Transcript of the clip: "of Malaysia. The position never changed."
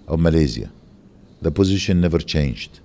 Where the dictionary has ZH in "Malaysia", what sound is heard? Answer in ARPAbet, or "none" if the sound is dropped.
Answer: Z